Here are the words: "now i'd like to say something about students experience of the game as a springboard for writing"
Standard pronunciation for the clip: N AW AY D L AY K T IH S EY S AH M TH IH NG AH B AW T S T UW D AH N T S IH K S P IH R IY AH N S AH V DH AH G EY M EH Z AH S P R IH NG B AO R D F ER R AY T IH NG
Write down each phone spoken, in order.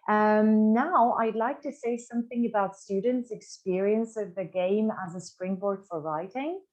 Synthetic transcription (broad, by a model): N AW AY D L AY K T IH S EY S AH M TH IH NG AH B AW T S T UW D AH N T S IH K S P IH R IY AH N S AH V DH AH G EY M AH Z AH S P R IH NG B AO R D F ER R AY T IH NG